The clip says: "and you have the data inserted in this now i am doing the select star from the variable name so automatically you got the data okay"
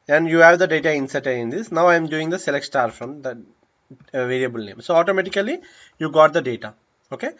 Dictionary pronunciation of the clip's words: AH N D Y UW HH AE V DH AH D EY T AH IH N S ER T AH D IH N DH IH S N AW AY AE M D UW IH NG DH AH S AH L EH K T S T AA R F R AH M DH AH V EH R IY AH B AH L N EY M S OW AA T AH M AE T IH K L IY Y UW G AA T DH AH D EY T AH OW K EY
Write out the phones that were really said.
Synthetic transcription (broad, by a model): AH N D Y UW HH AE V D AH D EY T AH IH N S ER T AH IH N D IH S N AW AY M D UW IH NG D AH S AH L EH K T S T AA R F R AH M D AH V EH R IY AH B AH L N EY M S OW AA T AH M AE T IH K L IY Y UW G AA T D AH D EY T AH OW K EY